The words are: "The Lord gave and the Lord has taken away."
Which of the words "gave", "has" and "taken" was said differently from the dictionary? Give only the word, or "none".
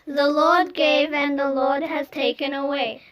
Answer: none